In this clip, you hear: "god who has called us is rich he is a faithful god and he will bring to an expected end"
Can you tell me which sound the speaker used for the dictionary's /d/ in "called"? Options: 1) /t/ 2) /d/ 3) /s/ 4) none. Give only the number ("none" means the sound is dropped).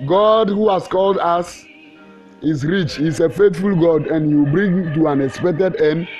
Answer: 2